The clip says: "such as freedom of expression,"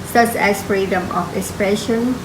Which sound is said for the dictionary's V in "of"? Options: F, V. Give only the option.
F